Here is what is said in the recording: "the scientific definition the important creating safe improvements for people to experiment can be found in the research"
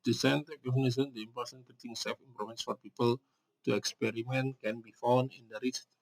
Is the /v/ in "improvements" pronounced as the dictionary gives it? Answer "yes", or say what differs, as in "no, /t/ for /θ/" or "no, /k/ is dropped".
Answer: no, /v/ is dropped